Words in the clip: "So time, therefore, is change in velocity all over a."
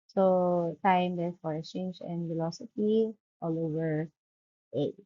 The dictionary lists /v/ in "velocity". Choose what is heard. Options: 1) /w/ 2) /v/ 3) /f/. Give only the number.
3